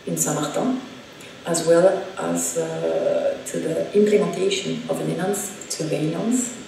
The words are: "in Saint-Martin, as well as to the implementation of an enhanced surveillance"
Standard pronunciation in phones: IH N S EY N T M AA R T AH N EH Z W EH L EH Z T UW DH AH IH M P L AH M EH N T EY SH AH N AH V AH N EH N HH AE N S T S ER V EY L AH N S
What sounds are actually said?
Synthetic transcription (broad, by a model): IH N S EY M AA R T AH AA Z W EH L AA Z T UW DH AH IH M P L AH M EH N T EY SH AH N AH V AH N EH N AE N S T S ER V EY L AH N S